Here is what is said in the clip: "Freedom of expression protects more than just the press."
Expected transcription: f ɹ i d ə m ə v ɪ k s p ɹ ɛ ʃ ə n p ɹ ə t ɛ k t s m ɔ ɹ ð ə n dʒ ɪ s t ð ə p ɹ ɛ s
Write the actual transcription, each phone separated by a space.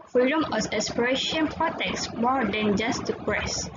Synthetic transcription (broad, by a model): f ɹ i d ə m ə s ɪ s p ɹ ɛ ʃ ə n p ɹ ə t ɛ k s m ɔ ɹ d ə n dʒ ɪ s t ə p ɹ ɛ s